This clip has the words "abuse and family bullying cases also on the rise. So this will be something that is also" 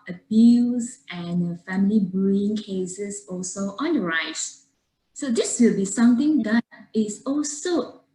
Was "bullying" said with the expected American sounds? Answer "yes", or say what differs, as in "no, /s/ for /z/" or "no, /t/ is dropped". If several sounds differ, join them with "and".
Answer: no, /l/ is dropped